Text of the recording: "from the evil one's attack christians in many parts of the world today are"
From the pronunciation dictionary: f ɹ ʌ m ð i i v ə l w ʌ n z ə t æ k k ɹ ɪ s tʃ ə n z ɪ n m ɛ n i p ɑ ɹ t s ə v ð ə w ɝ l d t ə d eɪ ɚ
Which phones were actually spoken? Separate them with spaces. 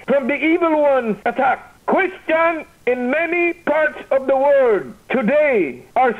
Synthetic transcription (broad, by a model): f ɹ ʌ m ð i i v ə l w ʌ n z ə t æ k k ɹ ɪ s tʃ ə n ɪ n m ɛ n i p ɑ ɹ t s ə v ð ə w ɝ d t ə d eɪ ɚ